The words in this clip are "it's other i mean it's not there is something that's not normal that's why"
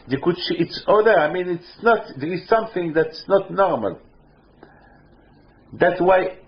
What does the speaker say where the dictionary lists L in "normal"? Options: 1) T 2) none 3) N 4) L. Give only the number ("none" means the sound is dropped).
4